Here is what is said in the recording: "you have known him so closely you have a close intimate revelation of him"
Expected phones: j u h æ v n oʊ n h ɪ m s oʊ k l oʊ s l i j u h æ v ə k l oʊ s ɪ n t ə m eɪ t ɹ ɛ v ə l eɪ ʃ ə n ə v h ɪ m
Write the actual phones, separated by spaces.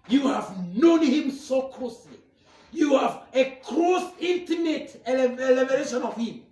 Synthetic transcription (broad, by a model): j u h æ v n oʊ n h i m s oʊ k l oʊ s l i j u h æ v ə k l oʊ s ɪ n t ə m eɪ t l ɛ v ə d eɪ ʃ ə n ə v h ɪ m